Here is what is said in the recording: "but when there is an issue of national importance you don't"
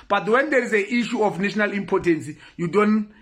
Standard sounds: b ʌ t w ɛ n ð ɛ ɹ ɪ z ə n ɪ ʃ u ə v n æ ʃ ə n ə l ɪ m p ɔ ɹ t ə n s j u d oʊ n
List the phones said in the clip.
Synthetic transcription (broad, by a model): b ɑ t w ɛ n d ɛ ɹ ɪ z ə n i ʃ u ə f n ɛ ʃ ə n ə l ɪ m p ɔ t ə n s j u d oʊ n